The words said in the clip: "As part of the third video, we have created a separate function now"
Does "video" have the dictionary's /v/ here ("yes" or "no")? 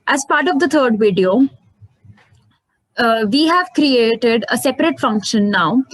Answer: yes